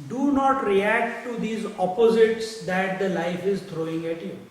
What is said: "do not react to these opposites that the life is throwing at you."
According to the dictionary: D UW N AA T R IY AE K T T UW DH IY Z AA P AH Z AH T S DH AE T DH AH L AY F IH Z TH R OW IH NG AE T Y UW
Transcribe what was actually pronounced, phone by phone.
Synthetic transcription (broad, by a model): D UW N AA T R IY AE K T T UW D IY Z AA P AH Z AH T S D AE T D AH L AY F IH Z T R OW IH NG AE T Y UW